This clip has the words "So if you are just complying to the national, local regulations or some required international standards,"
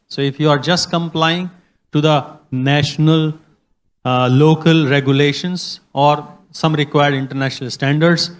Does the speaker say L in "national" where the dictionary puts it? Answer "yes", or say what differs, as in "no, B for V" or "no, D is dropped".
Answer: yes